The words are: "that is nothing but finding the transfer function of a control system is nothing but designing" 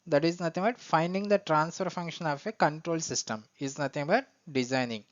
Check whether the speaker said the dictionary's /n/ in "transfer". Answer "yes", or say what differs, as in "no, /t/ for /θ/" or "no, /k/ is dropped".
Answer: yes